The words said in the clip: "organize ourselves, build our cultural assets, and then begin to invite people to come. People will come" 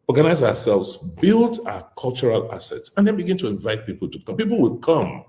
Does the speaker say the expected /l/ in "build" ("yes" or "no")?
yes